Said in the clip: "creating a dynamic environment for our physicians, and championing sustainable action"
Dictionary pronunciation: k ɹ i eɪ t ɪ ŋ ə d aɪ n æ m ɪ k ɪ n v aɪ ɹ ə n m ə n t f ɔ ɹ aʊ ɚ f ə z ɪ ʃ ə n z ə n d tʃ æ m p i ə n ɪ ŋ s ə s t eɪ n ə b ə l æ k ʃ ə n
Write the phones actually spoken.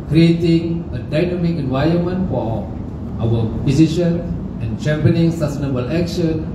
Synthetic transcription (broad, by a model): k ɹ i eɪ t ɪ ŋ ə d aɪ n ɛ m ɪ k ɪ n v aɪ ə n m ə n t f ɔ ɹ aʊ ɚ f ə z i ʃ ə n ə n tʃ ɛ m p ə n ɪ ŋ s ə s t eɪ n ə b ə l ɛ k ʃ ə n